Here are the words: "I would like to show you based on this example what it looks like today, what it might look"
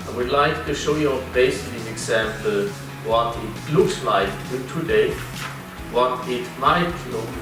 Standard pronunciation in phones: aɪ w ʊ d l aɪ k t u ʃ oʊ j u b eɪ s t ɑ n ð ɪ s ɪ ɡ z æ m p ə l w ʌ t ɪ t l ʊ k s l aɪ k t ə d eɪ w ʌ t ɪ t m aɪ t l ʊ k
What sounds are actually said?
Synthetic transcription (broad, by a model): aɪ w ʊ d l aɪ k t u ʃ oʊ j u b eɪ s ɪ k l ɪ ɪ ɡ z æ m p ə l w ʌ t ɪ t l ʊ k s l aɪ k t ə d eɪ w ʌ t ɪ t m aɪ t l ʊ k